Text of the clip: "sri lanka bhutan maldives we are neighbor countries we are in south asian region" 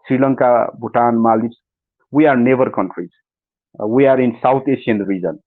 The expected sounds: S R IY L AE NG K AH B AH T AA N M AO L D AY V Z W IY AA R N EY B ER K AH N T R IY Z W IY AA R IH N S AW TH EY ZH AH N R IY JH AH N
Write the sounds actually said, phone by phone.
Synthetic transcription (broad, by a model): S R IY L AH NG K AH B AH T AA N M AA L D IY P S W IY AA R N EY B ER K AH N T R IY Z W IY AA R IH N S AW T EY SH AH N R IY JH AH N